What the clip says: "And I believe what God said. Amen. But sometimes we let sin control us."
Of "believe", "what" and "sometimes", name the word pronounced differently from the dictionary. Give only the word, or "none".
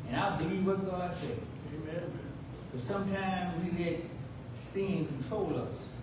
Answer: none